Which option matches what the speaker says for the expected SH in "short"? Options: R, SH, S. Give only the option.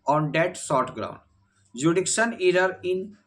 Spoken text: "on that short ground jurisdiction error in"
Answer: S